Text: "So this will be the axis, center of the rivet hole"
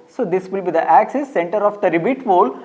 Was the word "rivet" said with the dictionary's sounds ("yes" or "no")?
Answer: no